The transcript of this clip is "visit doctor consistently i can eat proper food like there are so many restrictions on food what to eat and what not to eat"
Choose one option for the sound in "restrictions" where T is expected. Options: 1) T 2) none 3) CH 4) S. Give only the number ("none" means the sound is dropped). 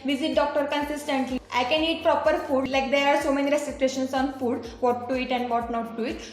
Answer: 4